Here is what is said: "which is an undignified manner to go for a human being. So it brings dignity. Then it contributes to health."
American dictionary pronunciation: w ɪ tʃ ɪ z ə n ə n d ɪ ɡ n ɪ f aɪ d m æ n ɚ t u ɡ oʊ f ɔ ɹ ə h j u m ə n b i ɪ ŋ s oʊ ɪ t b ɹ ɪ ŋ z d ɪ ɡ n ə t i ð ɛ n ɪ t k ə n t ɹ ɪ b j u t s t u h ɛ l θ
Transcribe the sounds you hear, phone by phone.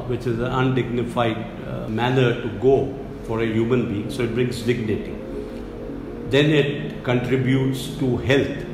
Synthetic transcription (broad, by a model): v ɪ tʃ ɪ z ə n ə n d ɪ ɡ n ɪ f aɪ d m æ n ɚ t u ɡ oʊ f ɔ ɹ ə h j u m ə n b i ɪ ŋ s oʊ ɪ t b ɹ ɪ ŋ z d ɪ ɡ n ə t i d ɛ n ɪ t k ə n t ɹ ɪ b j u t s t u h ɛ l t